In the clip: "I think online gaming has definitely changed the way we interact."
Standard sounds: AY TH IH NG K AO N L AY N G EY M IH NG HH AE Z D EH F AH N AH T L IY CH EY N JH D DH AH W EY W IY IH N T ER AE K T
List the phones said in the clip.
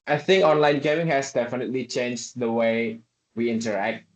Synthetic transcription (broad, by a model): AY TH IH NG K AO N L AY N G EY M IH NG HH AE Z D EH F AH N AH T L IY CH EY N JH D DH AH W EY W IY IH N T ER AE K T